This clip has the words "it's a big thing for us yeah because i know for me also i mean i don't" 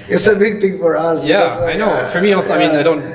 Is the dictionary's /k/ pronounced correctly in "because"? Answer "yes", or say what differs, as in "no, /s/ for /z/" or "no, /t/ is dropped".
no, /k/ is dropped